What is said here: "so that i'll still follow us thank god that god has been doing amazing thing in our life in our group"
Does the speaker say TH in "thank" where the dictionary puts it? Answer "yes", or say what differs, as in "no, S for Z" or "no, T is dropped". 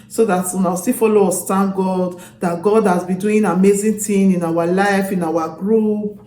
no, T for TH